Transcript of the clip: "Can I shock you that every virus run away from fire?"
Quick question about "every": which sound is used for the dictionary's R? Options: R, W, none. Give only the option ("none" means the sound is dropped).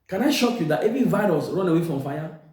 none